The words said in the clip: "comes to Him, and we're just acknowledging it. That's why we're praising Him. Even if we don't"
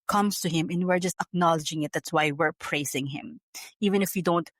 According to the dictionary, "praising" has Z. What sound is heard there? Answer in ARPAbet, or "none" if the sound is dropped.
S